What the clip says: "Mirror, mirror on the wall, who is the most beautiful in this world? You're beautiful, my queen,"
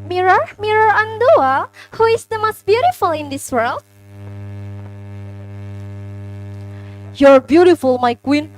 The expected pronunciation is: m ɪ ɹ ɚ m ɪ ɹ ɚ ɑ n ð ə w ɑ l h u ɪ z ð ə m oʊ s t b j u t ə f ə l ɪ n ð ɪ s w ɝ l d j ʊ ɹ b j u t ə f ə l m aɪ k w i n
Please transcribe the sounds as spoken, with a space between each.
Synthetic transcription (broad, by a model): m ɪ ɹ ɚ m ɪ ɹ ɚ ɑ n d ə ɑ h u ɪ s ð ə m oʊ s t b j u t ə f ə l ɪ n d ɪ s w ɝ l d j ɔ ɹ b j u t ə f ə l m aɪ k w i n